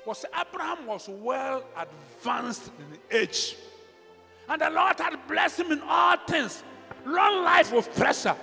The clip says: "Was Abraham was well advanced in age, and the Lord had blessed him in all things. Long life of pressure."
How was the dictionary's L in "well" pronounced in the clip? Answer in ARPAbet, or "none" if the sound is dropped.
L